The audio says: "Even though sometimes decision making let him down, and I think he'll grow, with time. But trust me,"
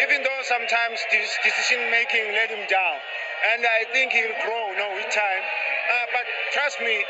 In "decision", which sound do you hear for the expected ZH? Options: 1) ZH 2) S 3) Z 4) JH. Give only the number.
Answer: 2